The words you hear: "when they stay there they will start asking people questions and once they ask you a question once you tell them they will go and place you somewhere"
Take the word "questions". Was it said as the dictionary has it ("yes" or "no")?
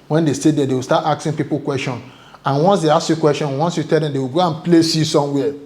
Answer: no